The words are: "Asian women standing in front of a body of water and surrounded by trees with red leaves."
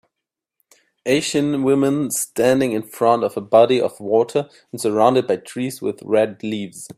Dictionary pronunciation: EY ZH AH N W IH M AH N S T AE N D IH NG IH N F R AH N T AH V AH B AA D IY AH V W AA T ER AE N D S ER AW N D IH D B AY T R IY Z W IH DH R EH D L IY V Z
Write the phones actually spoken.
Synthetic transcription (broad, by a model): EY SH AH N W IH M AH N S T AE N D IH NG IH N F R AH N T AH V AH B AA D IY AH V W AA T ER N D S ER AW N D IH D B AY T R IY Z W IH DH R EH D L IY V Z